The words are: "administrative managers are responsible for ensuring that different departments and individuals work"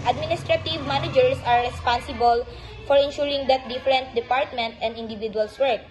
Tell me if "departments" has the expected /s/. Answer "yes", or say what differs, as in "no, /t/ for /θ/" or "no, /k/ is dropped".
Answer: no, /s/ is dropped